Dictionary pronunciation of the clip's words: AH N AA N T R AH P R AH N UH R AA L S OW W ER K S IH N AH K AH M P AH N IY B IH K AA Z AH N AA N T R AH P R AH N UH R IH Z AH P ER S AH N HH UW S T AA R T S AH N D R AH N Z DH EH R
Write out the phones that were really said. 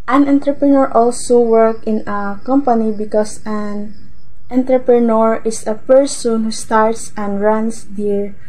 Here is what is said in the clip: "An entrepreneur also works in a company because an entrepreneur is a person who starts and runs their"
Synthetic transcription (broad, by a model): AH N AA N T R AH P R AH N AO R AA L S OW W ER K IH N AH K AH M P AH N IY B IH K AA S AH N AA N T R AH P R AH N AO R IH S AH P ER S AH N HH UW S T AA R T S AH N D R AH N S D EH R